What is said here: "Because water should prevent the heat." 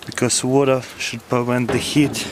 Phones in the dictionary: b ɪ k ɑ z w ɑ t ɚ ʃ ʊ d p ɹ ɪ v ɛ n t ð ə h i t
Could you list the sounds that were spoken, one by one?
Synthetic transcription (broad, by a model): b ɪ k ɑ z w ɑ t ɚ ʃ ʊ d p ɪ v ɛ n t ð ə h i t